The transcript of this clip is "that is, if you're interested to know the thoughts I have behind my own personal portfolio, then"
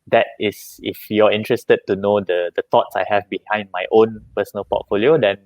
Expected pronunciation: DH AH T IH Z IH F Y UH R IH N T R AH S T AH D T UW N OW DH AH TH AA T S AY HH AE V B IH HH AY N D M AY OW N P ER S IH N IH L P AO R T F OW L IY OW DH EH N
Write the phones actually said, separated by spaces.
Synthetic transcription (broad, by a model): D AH T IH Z IH F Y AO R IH N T R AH S T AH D T UW N OW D AH T AA T S AY HH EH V B IH HH AY N D M AY OW N P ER S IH N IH L P AO T F OW L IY OW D EH N